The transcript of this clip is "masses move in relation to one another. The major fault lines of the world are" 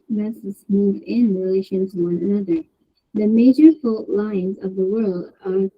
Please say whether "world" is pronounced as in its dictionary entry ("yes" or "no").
yes